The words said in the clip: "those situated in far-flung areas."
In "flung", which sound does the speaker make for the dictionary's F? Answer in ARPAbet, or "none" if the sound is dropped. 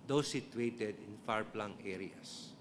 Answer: P